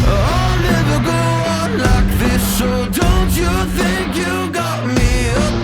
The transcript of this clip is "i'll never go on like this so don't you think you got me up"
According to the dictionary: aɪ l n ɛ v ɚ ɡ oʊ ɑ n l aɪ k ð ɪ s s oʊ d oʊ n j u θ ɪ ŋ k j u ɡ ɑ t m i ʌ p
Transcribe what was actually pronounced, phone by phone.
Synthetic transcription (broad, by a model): aɪ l n ɛ v ɚ ɡ oʊ ɑ n l aɪ k ð ɪ s ʃ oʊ d oʊ n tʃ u θ ɪ ŋ k j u ɡ ɑ t m i